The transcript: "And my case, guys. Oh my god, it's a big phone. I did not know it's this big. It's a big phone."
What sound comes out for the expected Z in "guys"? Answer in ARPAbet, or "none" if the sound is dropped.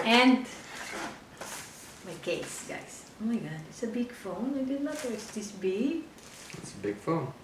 S